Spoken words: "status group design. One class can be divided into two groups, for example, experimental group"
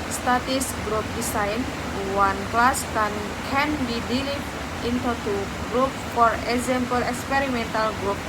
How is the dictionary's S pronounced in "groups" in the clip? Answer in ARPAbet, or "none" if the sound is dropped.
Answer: none